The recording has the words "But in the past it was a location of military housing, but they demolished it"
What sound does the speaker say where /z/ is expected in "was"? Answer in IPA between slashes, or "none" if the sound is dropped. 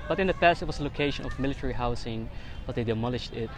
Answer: /s/